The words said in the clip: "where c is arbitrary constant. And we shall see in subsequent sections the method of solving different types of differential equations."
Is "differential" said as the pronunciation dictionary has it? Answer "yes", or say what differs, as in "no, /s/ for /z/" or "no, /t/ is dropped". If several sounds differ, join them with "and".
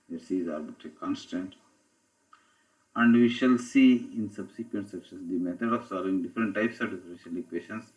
yes